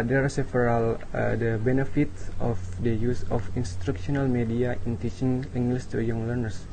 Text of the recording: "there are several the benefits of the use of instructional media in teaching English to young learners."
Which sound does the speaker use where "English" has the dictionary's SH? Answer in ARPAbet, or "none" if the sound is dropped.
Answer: S